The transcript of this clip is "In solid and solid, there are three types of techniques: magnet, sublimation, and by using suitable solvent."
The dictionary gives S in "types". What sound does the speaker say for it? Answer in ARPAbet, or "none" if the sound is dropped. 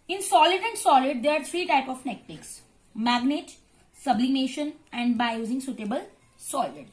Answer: none